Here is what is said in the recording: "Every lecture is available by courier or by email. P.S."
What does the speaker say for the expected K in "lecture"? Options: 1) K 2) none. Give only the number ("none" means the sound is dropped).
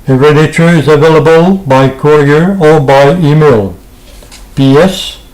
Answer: 2